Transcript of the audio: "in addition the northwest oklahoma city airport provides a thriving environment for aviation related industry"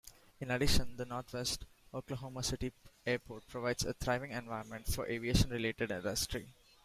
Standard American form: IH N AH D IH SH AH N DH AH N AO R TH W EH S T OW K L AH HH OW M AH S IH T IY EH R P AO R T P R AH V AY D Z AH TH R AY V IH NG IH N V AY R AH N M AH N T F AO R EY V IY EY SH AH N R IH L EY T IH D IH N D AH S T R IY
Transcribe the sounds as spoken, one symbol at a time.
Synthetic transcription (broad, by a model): IH N AH D IH SH AH N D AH N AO R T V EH S T OW K L AH HH OW M AH S IH T IY EH R P AO R T P R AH V AY D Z AH T R AY V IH NG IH N V AY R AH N M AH N T F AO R EY V IY EY SH AH N R IH L EY T IH D IH N D AH S T R IY